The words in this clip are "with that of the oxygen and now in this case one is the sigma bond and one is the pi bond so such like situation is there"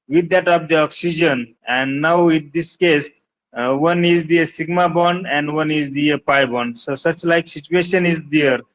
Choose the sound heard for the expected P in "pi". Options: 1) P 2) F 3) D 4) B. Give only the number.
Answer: 1